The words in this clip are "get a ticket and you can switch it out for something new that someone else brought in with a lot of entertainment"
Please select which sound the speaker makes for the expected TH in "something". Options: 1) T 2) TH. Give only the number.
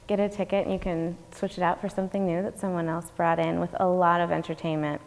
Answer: 2